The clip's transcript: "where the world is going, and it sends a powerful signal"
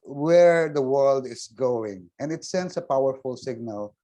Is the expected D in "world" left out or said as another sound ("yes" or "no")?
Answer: no